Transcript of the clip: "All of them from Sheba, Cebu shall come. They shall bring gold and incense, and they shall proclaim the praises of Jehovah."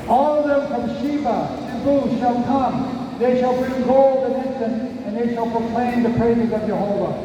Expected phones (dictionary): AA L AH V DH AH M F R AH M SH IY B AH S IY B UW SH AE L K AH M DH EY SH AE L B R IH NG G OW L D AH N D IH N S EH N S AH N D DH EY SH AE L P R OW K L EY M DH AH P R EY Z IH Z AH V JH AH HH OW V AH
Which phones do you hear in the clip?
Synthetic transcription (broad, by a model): AA L AH V DH AH M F R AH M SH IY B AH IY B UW SH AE L K AH M DH EY SH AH L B IH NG G OW L D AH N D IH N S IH N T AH N DH EY SH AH L P R OW K L EY M DH AH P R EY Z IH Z AH V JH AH HH OW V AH